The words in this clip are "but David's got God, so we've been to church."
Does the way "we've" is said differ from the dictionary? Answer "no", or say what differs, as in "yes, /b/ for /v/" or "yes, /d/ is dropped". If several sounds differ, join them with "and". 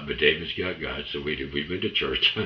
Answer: yes, /w/ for /v/